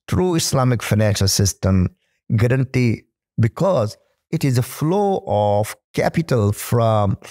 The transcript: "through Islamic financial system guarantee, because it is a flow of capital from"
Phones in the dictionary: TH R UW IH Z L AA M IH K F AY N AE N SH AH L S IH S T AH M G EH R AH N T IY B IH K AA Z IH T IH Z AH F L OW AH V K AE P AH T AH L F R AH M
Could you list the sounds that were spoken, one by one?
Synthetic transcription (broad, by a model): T R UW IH S L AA M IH K F AY N AE N SH AH L S IH S T AH M G EH R AH N T IY B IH K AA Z IH T IH Z AH F L OW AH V K AE P AH T AH L F R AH M